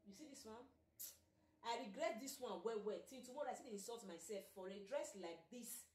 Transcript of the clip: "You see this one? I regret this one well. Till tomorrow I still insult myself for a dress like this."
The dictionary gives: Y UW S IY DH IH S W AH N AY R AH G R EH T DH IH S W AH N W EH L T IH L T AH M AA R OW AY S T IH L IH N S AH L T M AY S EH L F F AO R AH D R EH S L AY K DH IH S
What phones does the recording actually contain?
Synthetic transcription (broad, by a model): Y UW S IY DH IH S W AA N AY R AH G R EH T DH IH S W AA N W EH W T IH N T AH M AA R AY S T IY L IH N S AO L T M AY S EH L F F AO R AH D R EH S L AY K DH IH S